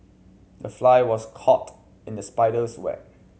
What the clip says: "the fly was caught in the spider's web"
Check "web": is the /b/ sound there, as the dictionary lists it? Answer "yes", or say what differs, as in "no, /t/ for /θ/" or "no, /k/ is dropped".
no, /b/ is dropped